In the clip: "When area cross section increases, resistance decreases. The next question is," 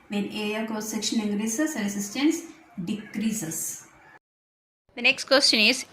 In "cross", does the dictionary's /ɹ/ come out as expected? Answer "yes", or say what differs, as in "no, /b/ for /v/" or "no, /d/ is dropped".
no, /ɹ/ is dropped